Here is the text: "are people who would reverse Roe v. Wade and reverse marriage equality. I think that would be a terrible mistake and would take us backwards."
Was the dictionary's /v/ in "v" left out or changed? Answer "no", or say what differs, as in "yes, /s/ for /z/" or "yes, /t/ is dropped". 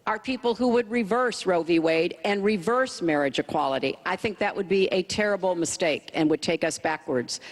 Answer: no